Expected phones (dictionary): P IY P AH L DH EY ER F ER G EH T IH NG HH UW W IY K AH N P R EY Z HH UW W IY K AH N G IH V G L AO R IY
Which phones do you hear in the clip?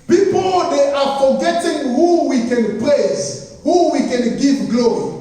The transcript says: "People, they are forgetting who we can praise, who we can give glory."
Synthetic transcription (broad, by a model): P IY P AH L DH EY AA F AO G EH T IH NG HH UW W IY K AH N P L EY S HH UW W IY K AH N G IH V G L AO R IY